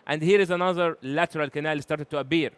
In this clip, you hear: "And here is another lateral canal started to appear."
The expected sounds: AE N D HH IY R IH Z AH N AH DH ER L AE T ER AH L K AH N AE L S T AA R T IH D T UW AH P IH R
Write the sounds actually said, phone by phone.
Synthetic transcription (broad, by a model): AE N D HH IY R IH Z AH N AH DH ER L AE T ER AH L K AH N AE L S T AA R T IH D T UW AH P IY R